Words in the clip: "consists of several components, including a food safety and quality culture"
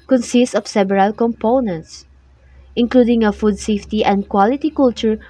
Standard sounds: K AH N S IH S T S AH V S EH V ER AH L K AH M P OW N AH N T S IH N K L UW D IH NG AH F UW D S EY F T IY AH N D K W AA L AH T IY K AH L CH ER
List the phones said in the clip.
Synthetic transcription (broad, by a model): K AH N S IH S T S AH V S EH B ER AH L K AH M P OW N AH N T S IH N K L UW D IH NG AH F UW D S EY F T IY AH N D K W AA L AH T IY K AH L CH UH